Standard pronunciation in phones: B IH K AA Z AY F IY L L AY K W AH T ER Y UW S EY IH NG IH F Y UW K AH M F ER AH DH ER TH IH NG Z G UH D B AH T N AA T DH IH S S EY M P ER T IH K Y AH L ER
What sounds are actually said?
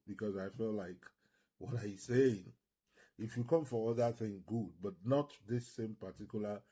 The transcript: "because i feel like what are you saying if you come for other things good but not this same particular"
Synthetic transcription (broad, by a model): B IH K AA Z AY F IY L L AY K W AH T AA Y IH S EY IH NG IH F Y UW K AH M F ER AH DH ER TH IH NG G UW D B AH T N AA T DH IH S S EY M P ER T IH K Y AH L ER